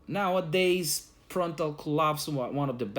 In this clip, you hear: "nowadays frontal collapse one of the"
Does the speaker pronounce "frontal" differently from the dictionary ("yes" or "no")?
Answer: yes